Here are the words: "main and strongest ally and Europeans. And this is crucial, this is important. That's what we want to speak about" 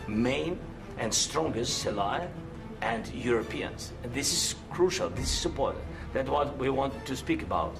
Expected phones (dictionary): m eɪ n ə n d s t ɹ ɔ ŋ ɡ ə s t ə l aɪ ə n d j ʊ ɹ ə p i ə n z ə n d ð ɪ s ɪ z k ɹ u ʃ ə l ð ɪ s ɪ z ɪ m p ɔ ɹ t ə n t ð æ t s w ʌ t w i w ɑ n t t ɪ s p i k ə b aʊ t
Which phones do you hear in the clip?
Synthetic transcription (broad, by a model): m eɪ n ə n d s t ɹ ɔ ŋ ɡ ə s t ə l aɪ ə n d j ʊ ɹ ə p i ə n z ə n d ð ɪ s ɪ z k ɹ u ʃ ə l ð ɪ s ɪ z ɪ p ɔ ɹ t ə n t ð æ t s w ʌ t w i w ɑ n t t ɪ s p i k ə b aʊ t